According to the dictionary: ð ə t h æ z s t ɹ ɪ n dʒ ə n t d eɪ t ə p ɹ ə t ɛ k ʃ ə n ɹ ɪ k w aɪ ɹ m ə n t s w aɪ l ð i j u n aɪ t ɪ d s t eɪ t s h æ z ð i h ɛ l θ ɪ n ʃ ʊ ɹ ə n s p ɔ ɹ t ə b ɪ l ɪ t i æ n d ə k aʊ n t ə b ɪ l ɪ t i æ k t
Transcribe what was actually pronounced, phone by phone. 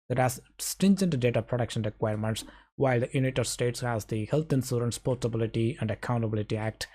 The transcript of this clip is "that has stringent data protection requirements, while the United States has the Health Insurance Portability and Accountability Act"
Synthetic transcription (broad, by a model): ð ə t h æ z s t ɪ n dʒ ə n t d eɪ t ə p ɹ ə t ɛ k ʃ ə n ɹ ɪ k w aɪ ɹ m ə n t s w aɪ l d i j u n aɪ t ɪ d s t eɪ t s h æ z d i h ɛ l t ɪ n s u ɹ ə n s p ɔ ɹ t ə b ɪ l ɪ t i æ n d ə k aʊ n t ə b ɪ l ɪ t i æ k t